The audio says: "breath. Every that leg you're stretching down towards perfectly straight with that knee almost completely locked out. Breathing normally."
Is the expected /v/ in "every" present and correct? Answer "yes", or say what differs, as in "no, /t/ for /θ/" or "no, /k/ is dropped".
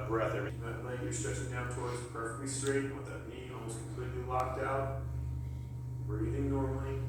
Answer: no, /v/ is dropped